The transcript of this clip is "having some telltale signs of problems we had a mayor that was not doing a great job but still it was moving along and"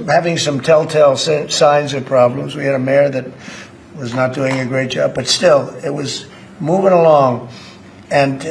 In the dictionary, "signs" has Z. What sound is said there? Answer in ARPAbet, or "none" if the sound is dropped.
Z